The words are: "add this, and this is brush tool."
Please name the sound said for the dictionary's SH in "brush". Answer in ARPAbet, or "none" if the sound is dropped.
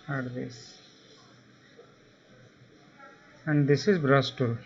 S